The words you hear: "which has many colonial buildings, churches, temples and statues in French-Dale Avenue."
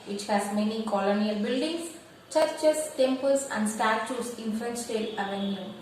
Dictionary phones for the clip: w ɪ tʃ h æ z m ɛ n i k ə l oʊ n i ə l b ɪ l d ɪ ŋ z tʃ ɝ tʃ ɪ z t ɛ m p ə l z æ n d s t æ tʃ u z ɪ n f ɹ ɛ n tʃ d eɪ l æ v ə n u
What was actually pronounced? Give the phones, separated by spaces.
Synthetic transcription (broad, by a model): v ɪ tʃ h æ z m ɛ n i k ə l oʊ n i ə l b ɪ l d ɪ ŋ s tʃ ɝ tʃ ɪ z t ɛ m p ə l s æ n d s t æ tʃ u s ɪ n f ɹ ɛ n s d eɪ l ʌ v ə n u